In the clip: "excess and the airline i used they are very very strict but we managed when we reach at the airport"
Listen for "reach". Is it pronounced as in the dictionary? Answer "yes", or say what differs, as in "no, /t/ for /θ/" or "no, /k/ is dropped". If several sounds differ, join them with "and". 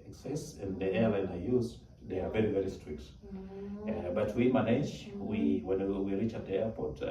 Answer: yes